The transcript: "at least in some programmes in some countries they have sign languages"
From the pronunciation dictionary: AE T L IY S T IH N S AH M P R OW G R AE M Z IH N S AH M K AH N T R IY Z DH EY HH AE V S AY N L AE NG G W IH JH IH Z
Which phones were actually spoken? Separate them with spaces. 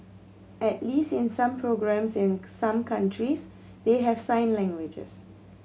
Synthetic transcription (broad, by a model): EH T L IY S T IH N S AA M P R OW G R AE M S IH N S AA M K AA N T R IY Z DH EY HH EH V S AY N L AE NG G W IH JH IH S